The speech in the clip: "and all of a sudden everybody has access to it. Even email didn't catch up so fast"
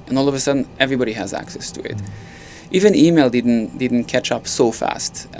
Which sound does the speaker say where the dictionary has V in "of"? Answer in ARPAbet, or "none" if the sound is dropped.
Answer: V